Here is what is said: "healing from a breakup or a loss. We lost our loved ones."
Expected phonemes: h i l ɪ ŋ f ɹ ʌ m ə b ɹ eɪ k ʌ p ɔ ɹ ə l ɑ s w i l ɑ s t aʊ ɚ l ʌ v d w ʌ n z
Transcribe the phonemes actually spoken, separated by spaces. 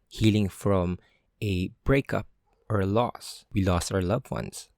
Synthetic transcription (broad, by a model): h i l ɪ ŋ f ɹ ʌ m ə b ɹ eɪ k ʌ p ɔ ɹ l ɑ s w i l ɑ s t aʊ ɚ l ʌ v w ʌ n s